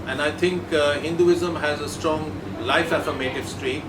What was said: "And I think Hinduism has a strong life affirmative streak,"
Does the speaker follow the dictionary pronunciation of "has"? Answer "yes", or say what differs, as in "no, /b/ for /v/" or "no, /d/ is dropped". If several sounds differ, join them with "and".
yes